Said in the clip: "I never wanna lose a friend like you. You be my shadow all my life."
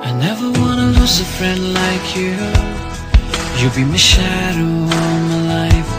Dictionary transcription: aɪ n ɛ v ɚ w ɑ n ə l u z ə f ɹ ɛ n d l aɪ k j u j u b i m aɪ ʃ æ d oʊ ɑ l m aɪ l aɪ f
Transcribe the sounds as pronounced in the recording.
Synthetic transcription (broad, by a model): aɪ n ɛ v ɚ w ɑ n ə l u z ə f ɹ ɛ n d l aɪ k j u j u b i m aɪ ʃ æ d oʊ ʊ n m aɪ l aɪ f